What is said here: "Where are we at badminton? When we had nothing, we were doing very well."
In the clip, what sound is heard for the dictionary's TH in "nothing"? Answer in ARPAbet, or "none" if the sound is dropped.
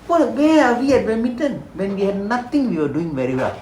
T